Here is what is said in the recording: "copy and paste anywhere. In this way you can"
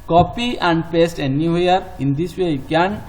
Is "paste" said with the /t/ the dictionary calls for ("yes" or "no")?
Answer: yes